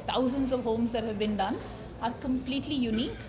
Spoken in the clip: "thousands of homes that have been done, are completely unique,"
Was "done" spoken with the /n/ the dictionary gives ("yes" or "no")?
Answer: yes